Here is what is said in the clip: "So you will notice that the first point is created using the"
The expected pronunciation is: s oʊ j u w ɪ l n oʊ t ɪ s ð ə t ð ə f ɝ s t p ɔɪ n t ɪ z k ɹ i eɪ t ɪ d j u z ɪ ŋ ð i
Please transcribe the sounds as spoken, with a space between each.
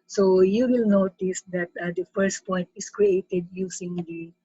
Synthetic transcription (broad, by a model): s oʊ j u w ɪ l n oʊ t ɪ s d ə t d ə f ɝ s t p ɔɪ n t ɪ s k ɹ i eɪ t ɪ d j u s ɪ ŋ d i